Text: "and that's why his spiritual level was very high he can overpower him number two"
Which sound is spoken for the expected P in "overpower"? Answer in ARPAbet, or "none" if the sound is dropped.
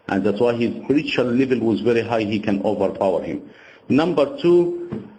P